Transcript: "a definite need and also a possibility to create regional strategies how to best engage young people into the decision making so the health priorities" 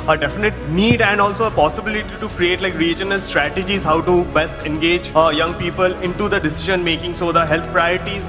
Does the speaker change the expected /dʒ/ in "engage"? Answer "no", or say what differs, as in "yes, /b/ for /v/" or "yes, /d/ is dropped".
no